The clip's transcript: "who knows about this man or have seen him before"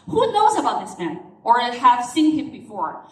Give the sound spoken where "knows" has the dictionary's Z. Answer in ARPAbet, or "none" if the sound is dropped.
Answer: Z